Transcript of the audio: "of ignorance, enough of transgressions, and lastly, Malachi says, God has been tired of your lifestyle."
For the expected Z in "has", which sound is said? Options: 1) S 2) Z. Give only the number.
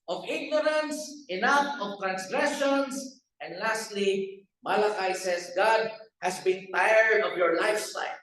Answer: 1